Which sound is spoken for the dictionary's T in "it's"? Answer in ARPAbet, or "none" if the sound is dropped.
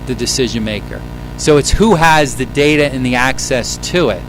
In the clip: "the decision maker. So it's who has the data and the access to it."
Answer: T